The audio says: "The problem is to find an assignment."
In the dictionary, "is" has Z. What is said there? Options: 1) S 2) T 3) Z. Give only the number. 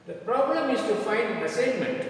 1